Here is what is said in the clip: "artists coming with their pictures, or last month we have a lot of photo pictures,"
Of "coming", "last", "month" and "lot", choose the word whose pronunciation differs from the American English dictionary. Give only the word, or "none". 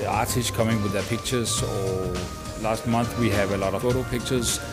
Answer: month